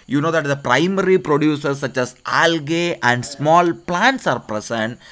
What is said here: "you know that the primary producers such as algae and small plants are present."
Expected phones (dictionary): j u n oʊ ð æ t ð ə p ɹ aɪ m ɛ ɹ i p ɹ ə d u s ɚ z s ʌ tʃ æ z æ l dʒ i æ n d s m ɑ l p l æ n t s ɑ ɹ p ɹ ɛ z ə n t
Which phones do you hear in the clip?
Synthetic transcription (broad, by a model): j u n oʊ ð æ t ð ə p ɹ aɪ m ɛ ɹ i p ɹ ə d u s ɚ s s ʌ tʃ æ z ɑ l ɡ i æ n d s m ɑ l p l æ n t s ɑ ɹ p ɹ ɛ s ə n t